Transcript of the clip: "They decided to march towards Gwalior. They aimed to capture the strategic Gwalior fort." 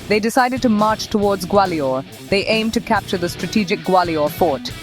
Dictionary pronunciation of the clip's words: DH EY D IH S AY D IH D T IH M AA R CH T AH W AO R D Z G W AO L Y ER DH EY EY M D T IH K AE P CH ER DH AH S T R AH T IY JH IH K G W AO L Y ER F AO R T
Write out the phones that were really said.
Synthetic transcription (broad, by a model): DH EY D IH S AY D IH D T IH M AA R CH T AH W AO R D Z G W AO L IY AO DH EY EY M T IH K AE P CH ER DH AH S T R AH T IY JH IH K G W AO L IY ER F AO R T